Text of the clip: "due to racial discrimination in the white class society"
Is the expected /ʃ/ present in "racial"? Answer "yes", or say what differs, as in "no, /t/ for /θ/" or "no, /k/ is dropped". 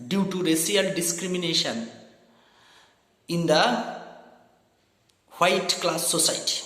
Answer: no, /s/ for /ʃ/